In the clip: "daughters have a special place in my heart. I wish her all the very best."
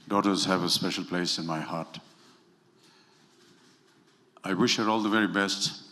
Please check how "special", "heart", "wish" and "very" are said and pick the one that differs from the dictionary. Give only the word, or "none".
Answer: none